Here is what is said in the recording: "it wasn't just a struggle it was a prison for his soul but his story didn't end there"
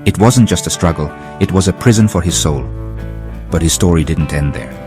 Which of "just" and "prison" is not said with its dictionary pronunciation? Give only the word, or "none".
none